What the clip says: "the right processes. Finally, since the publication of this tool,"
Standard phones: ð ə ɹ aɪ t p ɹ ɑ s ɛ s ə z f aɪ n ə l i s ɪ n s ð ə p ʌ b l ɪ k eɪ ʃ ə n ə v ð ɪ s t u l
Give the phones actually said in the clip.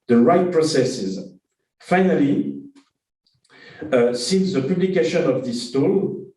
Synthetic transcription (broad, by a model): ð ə ɹ aɪ t p ɹ ɑ s ɛ s ə z f aɪ n ə l i s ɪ n s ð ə p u b l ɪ k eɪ ʃ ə n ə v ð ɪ s t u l